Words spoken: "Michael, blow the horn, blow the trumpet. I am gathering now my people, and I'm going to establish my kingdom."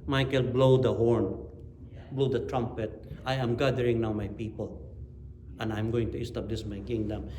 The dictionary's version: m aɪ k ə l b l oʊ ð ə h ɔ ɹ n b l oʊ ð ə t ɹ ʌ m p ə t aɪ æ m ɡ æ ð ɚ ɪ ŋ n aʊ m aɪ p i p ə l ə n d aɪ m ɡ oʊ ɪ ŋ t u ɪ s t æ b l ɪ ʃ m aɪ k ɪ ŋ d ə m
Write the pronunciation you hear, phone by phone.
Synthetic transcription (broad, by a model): m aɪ k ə l b l oʊ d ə h ɔ ɹ n b l oʊ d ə t ɹ ʌ m p ə t aɪ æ m ɡ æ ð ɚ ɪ ŋ n aʊ m aɪ p i p ə l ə n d aɪ m ɡ oʊ ɪ ŋ t u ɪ s t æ b l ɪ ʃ m aɪ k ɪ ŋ d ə m